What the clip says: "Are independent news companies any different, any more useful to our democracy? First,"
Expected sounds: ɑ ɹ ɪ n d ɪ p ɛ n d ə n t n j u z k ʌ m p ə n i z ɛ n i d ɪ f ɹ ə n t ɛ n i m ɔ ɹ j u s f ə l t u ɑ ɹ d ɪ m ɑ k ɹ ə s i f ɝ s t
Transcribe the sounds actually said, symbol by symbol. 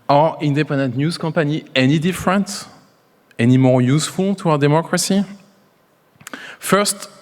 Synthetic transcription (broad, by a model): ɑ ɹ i n d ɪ p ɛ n d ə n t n j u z k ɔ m p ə n i ɛ n i d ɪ f ɹ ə n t ɛ n i m ɔ ɹ j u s f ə l t u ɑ d ɪ m ɑ k ɹ ə s i f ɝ s t